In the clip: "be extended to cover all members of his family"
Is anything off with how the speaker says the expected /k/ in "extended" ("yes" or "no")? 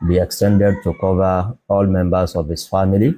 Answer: no